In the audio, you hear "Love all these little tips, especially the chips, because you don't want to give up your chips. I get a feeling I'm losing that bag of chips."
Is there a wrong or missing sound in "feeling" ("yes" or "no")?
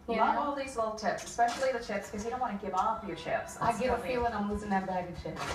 yes